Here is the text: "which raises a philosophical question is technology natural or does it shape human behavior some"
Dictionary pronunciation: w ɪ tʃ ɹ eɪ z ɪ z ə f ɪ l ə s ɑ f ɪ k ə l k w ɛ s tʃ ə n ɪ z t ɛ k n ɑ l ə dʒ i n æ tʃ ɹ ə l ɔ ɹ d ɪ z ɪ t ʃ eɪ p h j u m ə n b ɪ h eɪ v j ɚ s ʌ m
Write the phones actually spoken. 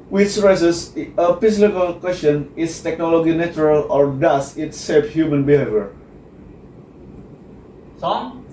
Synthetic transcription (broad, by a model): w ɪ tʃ ɹ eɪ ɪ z ə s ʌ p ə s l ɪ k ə l k w ɛ s tʃ ə n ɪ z t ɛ k n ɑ l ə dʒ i n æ tʃ ɹ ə l ɔ ɹ d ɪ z ɪ t s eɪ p h j u m ə n b ɪ h eɪ v j ɚ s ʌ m